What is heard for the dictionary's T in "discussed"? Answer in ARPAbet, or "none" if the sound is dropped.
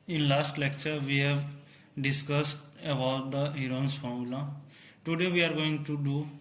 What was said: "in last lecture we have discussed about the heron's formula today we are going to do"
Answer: T